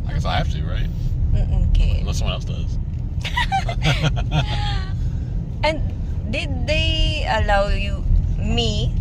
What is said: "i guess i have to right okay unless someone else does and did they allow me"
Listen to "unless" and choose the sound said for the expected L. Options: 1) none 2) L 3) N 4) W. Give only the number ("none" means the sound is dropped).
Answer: 1